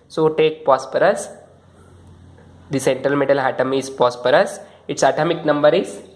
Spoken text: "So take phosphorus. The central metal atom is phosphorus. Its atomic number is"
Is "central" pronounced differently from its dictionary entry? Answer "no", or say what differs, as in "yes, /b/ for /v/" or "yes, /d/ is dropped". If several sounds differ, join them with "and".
no